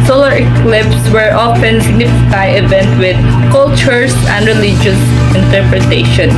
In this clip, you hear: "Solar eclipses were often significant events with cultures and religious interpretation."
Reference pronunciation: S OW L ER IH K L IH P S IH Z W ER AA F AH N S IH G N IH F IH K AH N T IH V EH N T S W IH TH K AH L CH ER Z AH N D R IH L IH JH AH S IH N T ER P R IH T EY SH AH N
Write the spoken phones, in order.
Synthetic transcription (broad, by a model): S OW L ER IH K L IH P S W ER AA F AH N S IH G N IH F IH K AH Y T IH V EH N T W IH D K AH L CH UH S AH N D R IH L IH JH AH S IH N T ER P R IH T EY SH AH N